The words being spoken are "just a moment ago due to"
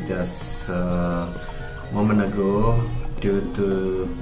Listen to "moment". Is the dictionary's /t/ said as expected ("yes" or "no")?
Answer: no